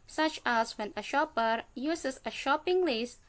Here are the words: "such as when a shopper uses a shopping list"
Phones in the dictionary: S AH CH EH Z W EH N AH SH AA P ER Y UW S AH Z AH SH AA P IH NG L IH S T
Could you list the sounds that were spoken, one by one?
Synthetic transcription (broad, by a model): S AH CH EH S W EH N AH SH AA P ER Y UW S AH S AH SH AA P IH NG L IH S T